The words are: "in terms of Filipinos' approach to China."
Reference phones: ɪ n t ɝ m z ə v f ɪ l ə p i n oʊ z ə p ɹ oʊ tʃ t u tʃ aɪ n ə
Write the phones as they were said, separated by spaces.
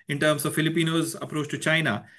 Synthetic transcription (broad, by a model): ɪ n t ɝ m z ə v f ɪ l ə p i n oʊ z ə p ɹ oʊ tʃ t u tʃ aɪ n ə